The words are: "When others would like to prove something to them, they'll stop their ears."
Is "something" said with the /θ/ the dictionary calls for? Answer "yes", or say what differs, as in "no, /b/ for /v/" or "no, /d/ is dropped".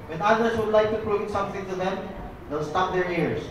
no, /t/ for /θ/